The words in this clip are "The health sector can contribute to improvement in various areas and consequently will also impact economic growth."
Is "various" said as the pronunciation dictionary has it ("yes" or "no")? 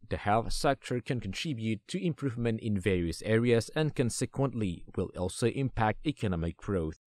yes